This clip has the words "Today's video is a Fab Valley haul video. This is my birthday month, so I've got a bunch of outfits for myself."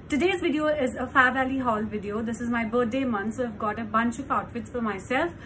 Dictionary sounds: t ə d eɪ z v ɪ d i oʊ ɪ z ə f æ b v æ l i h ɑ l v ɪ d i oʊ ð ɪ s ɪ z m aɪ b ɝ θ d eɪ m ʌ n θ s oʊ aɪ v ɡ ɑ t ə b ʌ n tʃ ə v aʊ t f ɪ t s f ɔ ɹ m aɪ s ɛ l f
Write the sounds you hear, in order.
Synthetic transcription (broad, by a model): t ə d eɪ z v ɪ d i oʊ ɪ z ə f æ v æ l i h ɑ l v ɪ d i oʊ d ɪ s ɪ z m aɪ b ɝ t d eɪ m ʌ n s oʊ aɪ v ɡ ɑ t ə b ʌ n tʃ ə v aʊ t f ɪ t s f ɔ ɹ m aɪ s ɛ l f